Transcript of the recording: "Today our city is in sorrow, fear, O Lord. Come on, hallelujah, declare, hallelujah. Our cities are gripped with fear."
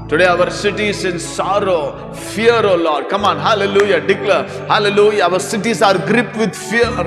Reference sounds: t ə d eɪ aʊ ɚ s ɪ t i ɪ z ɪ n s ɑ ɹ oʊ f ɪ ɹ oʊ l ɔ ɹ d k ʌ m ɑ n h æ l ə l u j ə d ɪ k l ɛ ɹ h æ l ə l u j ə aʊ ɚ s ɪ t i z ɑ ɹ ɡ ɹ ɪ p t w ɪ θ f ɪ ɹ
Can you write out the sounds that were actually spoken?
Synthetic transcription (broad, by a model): t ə d eɪ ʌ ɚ s ɪ t i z ɪ n s ɑ ɹ oʊ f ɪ ɹ oʊ l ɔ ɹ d k ʌ m ɑ n h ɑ l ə l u j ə d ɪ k l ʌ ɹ h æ l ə l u j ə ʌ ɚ s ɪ t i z ɑ ɹ ɡ ɹ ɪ p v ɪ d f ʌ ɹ